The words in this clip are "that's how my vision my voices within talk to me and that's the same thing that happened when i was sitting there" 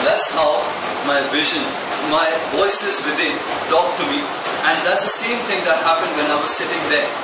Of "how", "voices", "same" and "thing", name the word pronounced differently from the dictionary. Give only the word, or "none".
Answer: thing